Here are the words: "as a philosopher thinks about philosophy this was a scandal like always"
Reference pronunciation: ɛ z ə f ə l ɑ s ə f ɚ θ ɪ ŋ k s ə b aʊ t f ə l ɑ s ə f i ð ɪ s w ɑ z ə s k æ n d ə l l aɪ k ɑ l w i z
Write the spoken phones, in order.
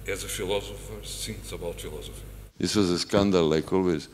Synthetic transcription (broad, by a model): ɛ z ə f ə l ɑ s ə f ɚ s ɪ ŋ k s ə b aʊ t f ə l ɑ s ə f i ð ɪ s w ɑ z ə s k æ n d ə l l aɪ k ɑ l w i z